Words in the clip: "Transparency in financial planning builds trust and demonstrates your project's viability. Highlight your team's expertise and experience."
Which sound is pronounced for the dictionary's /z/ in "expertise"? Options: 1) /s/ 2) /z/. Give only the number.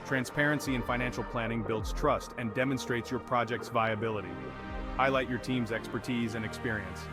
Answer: 2